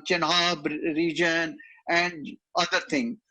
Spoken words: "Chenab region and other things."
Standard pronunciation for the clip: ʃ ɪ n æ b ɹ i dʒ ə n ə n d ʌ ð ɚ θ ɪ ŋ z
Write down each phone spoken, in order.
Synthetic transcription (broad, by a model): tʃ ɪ n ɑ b ɹ i dʒ ə n ə n d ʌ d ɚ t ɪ ŋ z